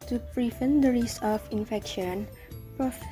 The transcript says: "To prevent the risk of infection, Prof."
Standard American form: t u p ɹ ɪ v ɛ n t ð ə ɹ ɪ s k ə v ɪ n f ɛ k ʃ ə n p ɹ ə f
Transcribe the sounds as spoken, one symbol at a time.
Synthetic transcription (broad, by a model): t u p ɹ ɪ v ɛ n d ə ɹ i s ə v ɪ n f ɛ k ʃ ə n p ɹ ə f